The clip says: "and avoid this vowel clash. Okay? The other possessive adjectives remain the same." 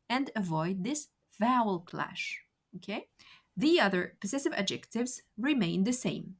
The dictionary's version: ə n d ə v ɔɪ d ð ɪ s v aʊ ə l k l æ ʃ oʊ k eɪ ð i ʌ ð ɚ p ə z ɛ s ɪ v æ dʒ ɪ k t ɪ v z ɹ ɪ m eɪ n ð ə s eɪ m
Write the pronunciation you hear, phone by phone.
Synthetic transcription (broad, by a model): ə n d ə v ɔɪ d ð ɪ s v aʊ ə l k l æ ʃ oʊ k eɪ ð i ʌ ð ɚ p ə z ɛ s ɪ v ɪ dʒ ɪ k t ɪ v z ɹ ɪ m eɪ n ð ə s eɪ m